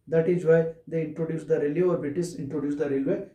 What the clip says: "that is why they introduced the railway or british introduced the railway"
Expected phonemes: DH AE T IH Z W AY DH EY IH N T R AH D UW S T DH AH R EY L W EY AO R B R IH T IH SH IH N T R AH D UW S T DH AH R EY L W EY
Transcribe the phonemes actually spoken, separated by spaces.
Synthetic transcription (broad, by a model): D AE T IH Z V AY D EY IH N T R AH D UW S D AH R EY L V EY AO R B IH T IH S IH N T R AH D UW S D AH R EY L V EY